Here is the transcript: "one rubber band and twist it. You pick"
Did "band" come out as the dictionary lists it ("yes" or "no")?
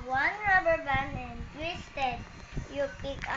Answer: no